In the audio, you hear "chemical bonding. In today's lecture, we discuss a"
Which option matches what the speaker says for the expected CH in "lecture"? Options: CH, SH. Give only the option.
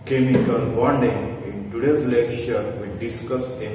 SH